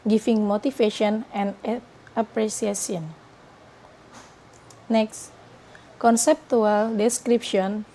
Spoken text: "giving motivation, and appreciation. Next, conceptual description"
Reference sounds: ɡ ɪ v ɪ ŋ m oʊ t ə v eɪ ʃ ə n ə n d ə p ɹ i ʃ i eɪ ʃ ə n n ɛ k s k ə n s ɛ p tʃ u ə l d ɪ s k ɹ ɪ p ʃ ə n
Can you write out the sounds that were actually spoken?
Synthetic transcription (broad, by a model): ɡ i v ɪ ŋ m oʊ t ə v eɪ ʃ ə n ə n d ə p ɹ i s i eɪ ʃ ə n n ɛ k s k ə n s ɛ p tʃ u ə l d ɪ s k ɹ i p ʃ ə n